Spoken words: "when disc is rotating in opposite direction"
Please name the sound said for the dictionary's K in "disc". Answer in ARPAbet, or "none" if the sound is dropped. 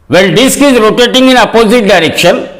K